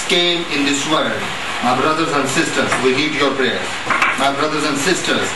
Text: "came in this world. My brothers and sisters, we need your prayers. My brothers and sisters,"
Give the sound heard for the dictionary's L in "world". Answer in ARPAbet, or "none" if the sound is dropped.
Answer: none